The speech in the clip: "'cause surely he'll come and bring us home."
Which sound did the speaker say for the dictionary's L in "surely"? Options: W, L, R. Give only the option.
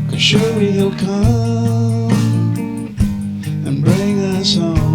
W